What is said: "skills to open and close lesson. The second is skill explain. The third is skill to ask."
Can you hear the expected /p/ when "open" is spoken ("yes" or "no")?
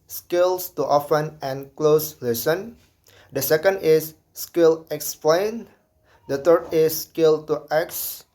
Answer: no